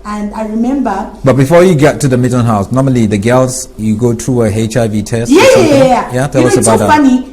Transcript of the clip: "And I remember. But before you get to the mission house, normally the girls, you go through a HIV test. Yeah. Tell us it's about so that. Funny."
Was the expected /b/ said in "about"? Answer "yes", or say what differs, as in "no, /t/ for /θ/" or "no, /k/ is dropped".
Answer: no, /b/ is dropped